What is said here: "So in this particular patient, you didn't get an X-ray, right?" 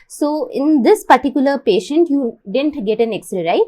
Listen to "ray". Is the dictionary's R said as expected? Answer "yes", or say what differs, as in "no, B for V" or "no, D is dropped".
no, L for R